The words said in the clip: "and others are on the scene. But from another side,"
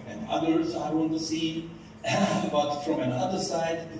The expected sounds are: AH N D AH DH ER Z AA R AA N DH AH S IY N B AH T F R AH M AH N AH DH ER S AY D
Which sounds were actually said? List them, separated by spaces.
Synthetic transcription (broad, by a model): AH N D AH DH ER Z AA W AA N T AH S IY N B AH T F R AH M AH N AH DH ER S AY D